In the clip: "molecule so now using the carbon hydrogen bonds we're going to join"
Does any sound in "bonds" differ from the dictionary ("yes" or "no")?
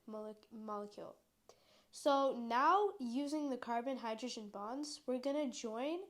no